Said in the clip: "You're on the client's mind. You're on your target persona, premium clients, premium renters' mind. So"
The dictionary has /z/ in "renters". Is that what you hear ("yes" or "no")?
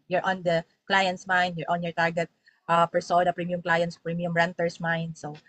no